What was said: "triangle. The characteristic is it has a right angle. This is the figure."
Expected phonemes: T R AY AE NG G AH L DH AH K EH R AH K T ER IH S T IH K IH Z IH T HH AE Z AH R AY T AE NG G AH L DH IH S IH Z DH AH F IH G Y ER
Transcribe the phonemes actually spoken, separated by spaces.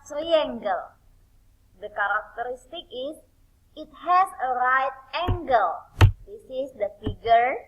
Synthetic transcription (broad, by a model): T R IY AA NG G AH L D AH K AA R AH K T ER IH S T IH K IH S IH T HH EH S AH R AY T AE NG G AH L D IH S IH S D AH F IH G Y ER